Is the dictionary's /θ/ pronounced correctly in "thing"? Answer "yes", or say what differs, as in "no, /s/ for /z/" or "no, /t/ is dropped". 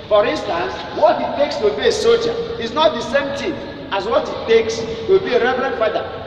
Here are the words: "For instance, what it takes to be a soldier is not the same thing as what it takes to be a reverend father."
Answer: no, /t/ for /θ/